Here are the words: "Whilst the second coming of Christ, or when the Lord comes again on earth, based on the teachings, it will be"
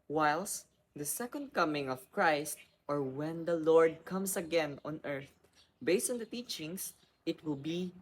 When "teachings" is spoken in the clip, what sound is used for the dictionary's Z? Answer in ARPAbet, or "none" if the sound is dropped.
S